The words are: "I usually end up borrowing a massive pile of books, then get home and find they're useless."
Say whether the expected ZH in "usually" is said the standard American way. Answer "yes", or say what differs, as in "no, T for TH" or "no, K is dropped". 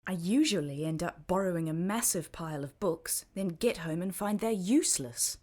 yes